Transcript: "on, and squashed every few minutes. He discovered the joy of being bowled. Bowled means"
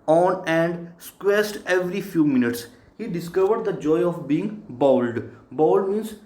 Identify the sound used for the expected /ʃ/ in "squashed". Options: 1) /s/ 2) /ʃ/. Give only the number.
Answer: 1